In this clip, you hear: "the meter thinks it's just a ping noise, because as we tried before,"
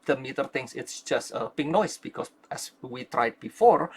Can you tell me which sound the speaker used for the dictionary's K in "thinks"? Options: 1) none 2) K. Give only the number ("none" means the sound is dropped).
1